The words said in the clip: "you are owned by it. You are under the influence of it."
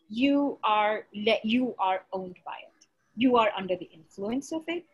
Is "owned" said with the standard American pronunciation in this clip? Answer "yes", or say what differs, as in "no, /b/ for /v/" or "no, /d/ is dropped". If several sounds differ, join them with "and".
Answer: yes